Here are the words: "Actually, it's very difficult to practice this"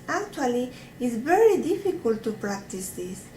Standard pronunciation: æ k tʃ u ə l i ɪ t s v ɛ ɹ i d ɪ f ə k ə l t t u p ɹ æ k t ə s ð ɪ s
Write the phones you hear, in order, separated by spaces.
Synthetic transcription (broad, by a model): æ k tʃ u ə l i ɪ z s v ɛ ɹ i d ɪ f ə k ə l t t u p ɹ æ k t ə s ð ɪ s